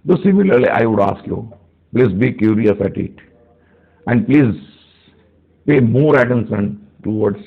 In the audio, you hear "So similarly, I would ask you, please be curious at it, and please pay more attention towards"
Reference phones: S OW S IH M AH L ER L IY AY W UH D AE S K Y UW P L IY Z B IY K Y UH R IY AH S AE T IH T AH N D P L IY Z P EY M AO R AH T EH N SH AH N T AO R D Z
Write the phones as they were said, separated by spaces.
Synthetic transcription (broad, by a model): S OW S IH M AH L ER L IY AY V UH D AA S K Y UW P L IY Z B IY K Y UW R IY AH S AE T IH T AH N D P L IY Z P EY M AO R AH T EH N S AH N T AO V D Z